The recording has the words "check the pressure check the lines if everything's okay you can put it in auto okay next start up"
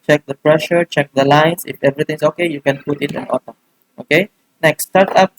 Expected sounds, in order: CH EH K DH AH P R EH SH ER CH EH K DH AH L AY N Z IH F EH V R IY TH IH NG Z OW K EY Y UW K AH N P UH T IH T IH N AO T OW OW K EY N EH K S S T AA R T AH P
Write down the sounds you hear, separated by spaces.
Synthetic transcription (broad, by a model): CH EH K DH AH P R EH SH ER CH EH K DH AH L AY N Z IH F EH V R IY T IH NG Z OW K EY Y UW K AH N P UH T IH T IH N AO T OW OW K EY N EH K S S T AA R T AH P